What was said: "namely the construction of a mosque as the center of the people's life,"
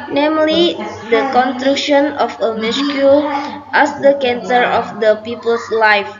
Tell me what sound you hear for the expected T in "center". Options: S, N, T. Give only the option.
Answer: S